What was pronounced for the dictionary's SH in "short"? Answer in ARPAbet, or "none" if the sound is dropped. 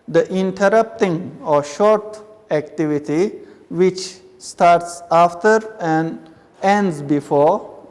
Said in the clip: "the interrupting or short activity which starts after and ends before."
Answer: SH